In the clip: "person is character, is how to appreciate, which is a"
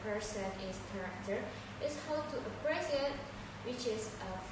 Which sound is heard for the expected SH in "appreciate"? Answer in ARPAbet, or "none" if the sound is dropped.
S